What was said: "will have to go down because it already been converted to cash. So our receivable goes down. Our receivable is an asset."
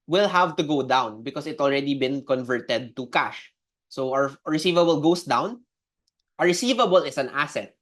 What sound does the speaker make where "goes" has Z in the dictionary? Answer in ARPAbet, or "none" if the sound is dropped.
S